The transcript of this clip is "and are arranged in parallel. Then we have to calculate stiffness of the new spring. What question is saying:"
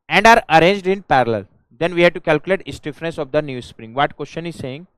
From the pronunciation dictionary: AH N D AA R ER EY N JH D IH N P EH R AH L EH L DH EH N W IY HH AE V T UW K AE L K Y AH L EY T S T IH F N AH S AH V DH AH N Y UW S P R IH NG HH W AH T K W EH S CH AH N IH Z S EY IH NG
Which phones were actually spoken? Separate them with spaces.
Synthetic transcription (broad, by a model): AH N D AA R ER EY N JH D IH N P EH R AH L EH L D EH N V IY HH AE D T UW K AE L K Y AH L EY T S T IH F N AH S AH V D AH N Y UW S P R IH NG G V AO T K W EH S CH AH N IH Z S EY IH NG